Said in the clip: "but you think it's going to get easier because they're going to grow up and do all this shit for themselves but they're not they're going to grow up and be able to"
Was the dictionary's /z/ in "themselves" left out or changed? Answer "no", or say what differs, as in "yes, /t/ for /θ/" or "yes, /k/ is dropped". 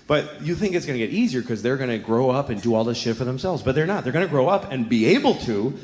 no